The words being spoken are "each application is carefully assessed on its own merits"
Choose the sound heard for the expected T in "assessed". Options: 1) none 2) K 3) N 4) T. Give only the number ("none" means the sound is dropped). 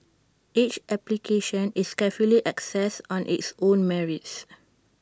1